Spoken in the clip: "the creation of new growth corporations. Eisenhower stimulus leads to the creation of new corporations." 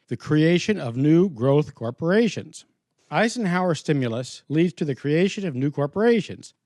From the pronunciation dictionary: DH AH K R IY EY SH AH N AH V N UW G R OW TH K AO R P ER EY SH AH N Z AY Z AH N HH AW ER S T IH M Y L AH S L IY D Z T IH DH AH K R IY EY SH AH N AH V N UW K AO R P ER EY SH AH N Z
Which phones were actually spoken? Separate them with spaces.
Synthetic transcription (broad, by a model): DH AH K R IY EY SH AH N AH V N UW G R OW TH K AO R P ER EY SH AH N Z AY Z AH N HH AW ER S T IH M Y L AH S L IY D Z T IH DH AH K R IY EY SH AH N AH V N UW K AO R P ER EY SH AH N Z